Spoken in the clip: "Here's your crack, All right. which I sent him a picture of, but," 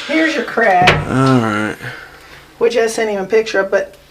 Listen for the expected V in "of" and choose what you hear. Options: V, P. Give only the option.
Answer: P